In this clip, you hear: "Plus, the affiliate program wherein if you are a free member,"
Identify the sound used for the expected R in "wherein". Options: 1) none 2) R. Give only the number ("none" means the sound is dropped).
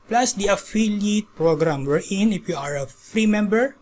2